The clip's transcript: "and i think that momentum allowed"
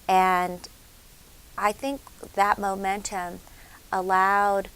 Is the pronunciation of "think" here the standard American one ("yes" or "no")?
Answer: yes